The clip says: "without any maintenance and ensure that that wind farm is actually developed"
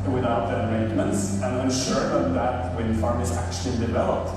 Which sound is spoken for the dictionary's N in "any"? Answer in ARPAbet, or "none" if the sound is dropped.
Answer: none